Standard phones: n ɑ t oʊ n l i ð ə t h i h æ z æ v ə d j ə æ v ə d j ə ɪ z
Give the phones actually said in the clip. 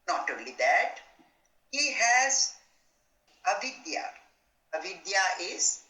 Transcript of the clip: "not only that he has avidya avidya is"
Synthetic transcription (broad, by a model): n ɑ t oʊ l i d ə t h i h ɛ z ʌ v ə d j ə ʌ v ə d j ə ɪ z